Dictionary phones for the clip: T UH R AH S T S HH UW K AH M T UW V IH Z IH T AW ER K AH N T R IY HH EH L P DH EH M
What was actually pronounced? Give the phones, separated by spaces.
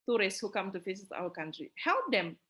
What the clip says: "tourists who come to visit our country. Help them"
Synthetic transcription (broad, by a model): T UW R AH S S HH UW K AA M T UW F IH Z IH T AW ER K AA N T R IY HH EH L P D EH M